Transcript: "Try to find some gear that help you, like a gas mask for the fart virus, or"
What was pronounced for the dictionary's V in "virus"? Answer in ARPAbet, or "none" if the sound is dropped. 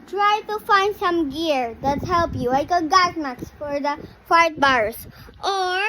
B